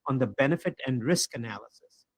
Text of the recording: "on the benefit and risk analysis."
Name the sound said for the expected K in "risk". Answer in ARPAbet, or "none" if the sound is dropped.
K